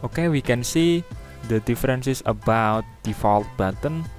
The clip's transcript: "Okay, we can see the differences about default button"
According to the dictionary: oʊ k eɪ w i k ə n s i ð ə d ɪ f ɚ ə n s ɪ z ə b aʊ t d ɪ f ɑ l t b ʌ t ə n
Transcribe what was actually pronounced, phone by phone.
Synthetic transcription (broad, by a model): oʊ k eɪ w i k ə n s i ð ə d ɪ f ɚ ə n s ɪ s ə b aʊ t d ɪ f ɑ l t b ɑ t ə n